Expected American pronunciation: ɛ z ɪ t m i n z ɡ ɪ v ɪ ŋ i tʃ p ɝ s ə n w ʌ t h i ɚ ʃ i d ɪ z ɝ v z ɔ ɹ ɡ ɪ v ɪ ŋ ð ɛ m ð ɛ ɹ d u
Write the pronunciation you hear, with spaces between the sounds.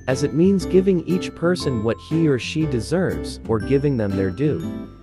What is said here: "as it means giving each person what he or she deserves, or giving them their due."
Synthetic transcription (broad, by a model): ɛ z ɪ t m i n z ɡ ɪ v ɪ ŋ i tʃ p ɝ s ə n w ʌ t h i ɚ ʃ i d ɪ z ɝ v z ɔ ɹ ɡ ɪ v ɪ ŋ ð ɛ m ð ɛ ɹ d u